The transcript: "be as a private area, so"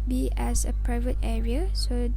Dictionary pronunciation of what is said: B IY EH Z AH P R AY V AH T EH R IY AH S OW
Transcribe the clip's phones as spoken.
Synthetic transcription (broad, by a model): B IY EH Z AH P R AY V AH T EH R IY AH S OW